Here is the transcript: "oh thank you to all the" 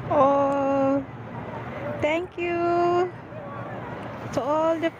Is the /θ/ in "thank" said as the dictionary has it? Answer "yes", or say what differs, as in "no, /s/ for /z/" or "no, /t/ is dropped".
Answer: no, /t/ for /θ/